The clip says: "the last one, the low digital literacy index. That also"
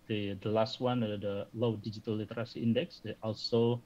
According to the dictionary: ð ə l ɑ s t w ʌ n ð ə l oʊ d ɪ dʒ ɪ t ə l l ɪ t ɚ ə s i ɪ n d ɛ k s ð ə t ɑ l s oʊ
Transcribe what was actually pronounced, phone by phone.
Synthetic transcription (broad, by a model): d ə l ɑ s t w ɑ n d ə l oʊ d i dʒ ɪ t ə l l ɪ t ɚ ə s i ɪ n d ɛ k s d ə t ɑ l s oʊ